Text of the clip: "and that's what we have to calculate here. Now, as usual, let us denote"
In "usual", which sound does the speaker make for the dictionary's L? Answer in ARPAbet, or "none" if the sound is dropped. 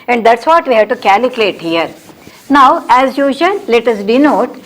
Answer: N